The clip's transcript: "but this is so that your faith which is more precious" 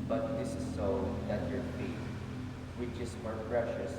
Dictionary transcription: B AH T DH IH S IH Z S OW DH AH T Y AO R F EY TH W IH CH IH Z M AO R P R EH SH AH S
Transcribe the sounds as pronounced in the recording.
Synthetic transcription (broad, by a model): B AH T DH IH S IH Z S OW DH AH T Y AO R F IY T W IH CH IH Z M AO R P R EH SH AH S